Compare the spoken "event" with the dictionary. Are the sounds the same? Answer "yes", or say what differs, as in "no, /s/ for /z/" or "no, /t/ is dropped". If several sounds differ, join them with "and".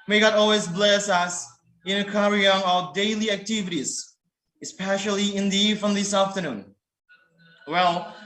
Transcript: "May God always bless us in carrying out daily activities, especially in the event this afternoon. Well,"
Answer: no, /f/ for /v/